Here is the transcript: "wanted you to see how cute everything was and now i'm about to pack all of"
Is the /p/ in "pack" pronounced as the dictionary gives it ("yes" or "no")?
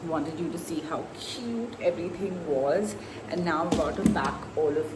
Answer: no